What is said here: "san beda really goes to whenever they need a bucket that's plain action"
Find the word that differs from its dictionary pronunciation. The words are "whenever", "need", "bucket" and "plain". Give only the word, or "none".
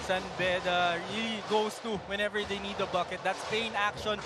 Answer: plain